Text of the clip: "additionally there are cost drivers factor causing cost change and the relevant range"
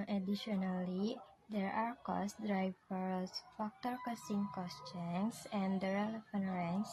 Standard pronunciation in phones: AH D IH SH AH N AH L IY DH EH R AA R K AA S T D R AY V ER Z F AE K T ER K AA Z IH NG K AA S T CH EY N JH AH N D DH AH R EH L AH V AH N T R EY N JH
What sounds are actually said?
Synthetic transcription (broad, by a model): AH D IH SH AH N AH L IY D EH R AA R K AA S D R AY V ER S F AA K T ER K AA S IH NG K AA S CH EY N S AH N D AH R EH L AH F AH N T R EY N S